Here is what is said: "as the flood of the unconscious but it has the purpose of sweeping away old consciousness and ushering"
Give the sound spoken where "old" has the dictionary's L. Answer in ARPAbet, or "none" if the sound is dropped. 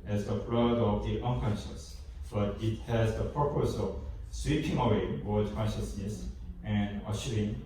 W